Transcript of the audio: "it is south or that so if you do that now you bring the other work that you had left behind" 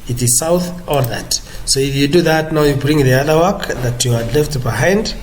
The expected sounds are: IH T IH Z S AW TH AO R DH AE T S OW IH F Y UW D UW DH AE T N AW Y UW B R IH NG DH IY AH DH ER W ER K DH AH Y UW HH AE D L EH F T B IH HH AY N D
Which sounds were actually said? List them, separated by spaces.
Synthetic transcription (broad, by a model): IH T IH Z S AW TH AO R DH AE T S OW IH F Y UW D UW DH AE T N AW Y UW B R IH NG DH IY AH DH ER W ER K DH AH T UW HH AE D L EH F T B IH HH AY N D